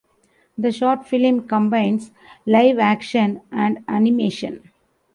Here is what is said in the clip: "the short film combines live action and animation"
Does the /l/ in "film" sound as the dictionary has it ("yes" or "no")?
yes